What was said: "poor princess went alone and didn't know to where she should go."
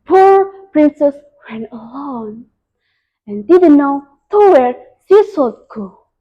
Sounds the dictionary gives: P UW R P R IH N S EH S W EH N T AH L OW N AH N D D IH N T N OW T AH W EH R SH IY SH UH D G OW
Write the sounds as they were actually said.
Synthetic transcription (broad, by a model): P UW R P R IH N S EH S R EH N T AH L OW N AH N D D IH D N OW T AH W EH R S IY S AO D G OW